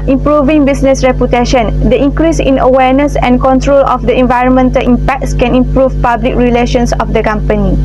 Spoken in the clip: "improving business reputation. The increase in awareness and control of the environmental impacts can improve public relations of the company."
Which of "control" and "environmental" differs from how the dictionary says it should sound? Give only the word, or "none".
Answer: none